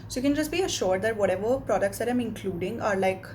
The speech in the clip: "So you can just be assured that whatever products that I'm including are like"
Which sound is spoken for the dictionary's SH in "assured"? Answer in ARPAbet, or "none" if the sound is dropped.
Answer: SH